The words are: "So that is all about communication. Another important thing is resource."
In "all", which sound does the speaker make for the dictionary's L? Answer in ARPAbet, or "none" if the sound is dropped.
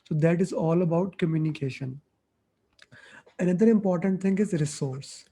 L